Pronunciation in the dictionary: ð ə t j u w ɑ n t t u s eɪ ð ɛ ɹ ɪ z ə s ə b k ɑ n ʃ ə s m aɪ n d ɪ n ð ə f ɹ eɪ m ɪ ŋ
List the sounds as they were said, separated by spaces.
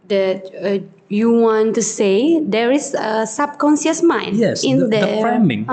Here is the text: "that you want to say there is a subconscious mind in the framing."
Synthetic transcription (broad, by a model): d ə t j u w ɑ n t t u s eɪ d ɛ ɹ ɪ s ə s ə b k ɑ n s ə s m aɪ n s ɪ n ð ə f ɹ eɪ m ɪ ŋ